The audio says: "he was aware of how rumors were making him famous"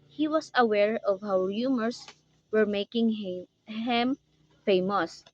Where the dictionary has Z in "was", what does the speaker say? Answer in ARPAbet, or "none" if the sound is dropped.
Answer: S